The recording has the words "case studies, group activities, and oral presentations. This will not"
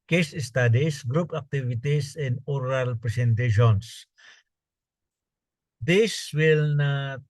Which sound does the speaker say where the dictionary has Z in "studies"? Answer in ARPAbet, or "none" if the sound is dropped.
S